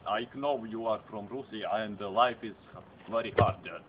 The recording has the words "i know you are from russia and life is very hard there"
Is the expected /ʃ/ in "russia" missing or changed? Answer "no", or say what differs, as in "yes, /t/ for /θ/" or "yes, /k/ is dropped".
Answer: yes, /s/ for /ʃ/